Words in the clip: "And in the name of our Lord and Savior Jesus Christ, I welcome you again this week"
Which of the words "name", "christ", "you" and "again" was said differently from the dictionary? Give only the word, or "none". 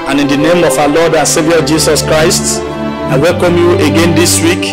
none